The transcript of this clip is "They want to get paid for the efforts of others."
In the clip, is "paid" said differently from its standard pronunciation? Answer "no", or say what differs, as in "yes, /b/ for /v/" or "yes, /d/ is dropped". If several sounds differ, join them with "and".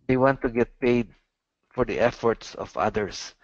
no